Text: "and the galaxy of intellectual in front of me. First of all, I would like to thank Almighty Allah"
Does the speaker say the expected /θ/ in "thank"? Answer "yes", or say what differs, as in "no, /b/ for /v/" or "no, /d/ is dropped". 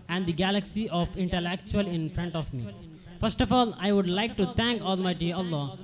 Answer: no, /t/ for /θ/